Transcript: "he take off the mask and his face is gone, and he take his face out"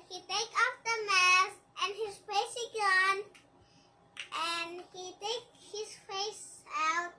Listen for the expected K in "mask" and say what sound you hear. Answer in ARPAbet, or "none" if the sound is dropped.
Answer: none